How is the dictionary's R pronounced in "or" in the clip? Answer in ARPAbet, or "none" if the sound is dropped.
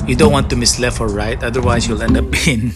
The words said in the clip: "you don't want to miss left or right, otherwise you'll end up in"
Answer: L